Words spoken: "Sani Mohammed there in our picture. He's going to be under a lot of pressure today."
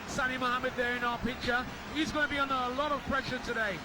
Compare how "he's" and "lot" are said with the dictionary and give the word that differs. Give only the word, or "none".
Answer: none